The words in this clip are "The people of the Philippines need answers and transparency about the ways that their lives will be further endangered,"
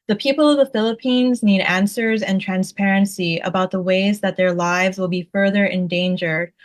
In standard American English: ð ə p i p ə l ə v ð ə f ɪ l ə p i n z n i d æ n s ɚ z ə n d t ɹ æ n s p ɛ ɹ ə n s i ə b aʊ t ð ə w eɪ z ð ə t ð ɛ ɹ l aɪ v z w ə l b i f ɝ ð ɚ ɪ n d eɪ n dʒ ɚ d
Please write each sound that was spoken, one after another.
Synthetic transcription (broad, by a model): ð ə p i p l ə v ð ə f ɪ l ə p i n z n i d æ n s ɚ z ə n t ɹ æ n s p ɛ ɹ ə n s i ə b aʊ t ð ə w eɪ z ð ə t ð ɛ ɹ l aɪ v z w ə l b i f ɝ ð ɚ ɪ n d eɪ n dʒ ɚ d